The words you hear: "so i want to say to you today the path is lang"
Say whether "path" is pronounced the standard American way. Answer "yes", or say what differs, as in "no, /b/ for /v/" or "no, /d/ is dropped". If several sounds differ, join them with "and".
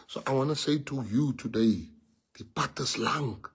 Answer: no, /t/ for /θ/